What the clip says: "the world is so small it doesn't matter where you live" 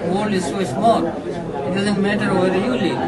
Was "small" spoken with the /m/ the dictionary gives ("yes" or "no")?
yes